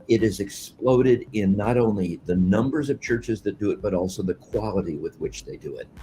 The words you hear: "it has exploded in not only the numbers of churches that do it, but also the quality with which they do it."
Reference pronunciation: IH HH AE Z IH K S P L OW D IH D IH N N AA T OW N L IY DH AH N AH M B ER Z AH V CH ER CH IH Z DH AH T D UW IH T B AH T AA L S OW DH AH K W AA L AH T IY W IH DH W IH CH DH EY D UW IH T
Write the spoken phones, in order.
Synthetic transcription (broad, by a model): IH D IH Z IH K S P L OW D IH D IH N N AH T OW N L IY DH AH N AH M B ER Z AH V CH ER CH IH Z DH AH T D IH IH T B AH T AA L S OW DH AH K W AA L AH T IY W IH DH W IH CH DH EY D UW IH T